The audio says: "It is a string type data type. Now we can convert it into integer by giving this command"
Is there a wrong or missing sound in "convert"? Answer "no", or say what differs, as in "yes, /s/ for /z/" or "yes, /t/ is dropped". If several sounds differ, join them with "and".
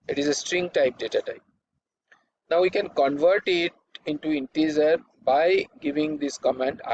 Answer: no